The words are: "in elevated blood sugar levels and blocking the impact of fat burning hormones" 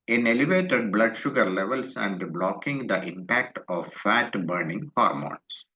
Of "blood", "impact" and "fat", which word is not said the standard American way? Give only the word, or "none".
none